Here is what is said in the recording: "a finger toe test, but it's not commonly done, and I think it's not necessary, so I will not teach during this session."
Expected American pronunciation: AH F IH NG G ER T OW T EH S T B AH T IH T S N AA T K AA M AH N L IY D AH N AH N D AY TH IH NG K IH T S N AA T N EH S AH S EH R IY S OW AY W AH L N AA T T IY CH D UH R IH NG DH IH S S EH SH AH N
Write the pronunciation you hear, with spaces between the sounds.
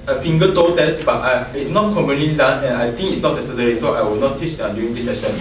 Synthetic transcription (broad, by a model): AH F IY NG G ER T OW T EH S T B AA T IH T S N AA T K AA M AH N L IY D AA N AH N AY T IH NG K IH T S N AA T N EH S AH S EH R IY S OW AY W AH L N AA T T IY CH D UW IH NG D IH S S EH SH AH N